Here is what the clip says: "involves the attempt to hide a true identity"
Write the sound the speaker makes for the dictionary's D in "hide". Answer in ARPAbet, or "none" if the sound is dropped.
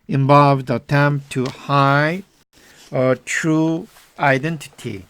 none